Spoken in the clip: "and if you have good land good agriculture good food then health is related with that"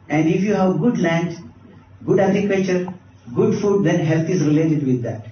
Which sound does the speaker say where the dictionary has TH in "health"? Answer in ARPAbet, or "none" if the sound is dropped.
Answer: T